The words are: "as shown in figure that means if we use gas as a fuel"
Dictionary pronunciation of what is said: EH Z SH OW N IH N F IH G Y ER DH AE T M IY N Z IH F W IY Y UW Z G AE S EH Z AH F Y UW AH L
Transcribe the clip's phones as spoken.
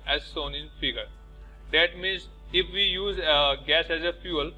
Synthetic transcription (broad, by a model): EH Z S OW N IH N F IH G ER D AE T M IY N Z IH F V IY Y UW Z G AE S EH Z AH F Y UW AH L